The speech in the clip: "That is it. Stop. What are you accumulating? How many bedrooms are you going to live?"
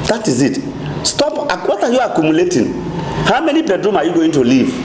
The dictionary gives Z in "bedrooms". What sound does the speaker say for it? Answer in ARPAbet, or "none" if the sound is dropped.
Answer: none